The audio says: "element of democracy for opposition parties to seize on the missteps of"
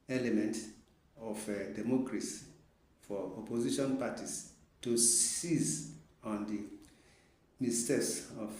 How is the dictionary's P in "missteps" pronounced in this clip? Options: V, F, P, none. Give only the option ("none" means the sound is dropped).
none